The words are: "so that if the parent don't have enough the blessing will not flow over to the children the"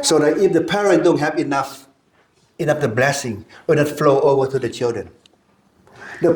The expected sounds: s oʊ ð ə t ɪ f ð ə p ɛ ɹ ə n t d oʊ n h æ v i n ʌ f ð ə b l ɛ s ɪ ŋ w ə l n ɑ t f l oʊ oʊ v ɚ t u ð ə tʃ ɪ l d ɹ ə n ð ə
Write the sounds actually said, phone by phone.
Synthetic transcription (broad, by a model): s oʊ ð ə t ɪ f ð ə p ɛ ɹ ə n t d oʊ n h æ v i n ʌ f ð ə b l ɛ s ɪ ŋ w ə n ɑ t f l oʊ oʊ v ɚ t u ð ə tʃ ɪ l d ɹ ə n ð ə